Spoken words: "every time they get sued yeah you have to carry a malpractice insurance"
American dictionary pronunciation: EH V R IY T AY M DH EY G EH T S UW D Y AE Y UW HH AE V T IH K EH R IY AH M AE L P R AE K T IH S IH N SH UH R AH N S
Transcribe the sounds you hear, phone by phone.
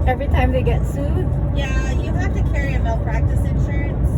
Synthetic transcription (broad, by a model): EH V R IY T AY M DH EY G EH T S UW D Y AE Y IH HH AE F T IH K EH R IY AH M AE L P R AE K T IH S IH N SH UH R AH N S